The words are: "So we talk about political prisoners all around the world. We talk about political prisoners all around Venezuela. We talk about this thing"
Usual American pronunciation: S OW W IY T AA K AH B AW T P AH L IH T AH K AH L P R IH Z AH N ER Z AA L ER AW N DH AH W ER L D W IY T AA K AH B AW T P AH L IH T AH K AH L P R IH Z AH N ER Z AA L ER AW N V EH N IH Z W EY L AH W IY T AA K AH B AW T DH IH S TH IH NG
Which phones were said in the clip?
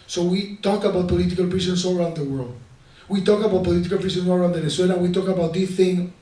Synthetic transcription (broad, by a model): S OW W IY T AA K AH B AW T P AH L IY T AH K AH L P R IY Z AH N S AA L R AW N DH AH W ER L D W IY T AA K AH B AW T P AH L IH T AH K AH L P R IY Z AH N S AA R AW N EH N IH S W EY N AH W IY T AA K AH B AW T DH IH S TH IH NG